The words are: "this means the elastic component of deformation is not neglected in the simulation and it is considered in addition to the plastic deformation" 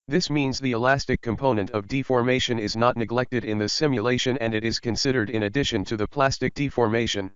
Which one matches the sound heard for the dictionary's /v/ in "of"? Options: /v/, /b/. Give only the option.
/v/